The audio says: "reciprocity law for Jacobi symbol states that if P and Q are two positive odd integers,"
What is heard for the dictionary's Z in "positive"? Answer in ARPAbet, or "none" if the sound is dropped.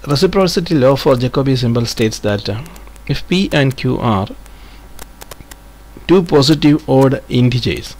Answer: S